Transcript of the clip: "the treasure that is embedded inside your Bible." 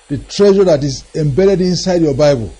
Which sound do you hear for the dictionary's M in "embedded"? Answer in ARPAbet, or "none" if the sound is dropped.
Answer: M